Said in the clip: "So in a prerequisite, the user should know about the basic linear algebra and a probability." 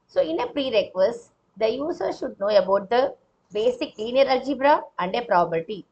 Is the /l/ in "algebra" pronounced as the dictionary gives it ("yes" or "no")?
no